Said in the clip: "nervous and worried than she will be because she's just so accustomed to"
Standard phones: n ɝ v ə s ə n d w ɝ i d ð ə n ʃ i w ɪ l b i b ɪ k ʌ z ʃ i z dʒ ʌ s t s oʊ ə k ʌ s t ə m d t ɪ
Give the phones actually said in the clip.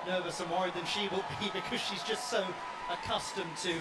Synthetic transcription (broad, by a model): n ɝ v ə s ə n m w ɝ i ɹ ð ə n ʃ i w ɪ l b i b ɪ k ʌ z ʃ i z dʒ ʌ s t s oʊ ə k ʌ s t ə m t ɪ